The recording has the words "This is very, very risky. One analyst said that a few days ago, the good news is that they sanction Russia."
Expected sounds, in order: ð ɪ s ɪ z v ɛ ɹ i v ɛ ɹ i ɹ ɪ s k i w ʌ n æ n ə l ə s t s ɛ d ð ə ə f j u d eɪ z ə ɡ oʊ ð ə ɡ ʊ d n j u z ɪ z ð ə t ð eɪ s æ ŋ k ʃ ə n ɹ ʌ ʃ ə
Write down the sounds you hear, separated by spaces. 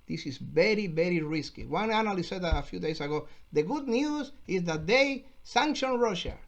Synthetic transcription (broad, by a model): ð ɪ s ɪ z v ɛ ɹ i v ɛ ɹ i ɹ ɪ s k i w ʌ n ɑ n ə l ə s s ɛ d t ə ə f j u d eɪ s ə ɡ oʊ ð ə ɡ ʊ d n j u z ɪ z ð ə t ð eɪ s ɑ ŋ k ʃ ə n ɹ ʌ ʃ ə